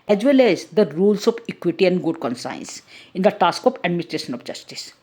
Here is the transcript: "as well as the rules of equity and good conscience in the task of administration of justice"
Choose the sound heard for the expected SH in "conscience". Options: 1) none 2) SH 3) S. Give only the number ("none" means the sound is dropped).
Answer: 3